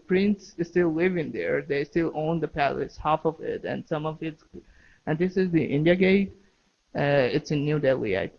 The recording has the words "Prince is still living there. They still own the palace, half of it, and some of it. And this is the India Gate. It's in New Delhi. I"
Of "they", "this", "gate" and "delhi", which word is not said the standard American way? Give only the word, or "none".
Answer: none